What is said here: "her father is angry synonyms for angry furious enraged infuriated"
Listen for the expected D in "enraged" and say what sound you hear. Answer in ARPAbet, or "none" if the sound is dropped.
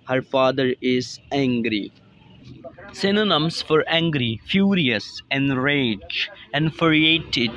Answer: none